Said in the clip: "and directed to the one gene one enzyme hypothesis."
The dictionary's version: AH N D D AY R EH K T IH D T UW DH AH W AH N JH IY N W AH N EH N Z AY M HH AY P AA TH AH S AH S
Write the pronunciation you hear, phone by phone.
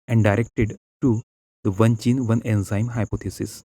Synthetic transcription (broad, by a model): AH N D D AY R EH K T IH D T UW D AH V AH N CH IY N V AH N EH N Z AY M HH AY P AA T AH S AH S